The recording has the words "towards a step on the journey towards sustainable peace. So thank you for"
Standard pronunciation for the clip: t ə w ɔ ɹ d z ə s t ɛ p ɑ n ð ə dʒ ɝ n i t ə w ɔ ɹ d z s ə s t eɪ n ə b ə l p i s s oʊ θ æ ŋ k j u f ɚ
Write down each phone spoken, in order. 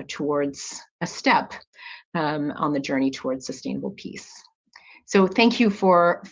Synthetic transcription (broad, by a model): t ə w ɔ ɹ d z ə s t ɛ p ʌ n ð ə dʒ ɝ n i t ə w ɔ ɹ d z s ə s t eɪ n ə b l p i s s oʊ θ æ ŋ k j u f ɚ